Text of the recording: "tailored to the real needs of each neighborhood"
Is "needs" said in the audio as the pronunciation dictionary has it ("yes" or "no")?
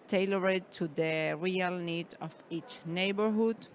no